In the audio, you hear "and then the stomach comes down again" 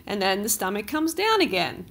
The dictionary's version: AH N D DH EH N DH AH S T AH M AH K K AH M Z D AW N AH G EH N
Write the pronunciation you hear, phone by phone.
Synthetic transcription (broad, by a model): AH N DH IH N DH AH S T AH M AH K K AH M Z D AW N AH G EH N